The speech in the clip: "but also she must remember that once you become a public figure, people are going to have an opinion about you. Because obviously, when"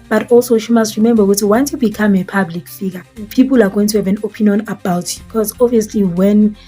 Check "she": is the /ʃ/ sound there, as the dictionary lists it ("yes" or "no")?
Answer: yes